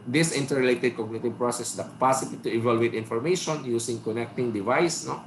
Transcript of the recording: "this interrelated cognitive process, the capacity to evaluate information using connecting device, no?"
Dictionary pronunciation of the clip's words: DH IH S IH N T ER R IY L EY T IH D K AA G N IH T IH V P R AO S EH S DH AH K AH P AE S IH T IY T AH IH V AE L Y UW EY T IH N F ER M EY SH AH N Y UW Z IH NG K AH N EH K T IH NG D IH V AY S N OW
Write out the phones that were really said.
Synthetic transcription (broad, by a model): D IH S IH N T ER R L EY T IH D K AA G N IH T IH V P R AO S EH S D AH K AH P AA S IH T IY T AH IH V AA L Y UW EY T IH N F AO M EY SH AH N Y UW S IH NG K AH N EH K T IH NG D IH V AY S N OW